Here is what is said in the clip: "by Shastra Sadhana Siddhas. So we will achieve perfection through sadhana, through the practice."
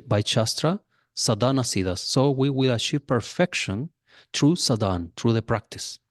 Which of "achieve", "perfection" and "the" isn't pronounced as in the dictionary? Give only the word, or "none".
achieve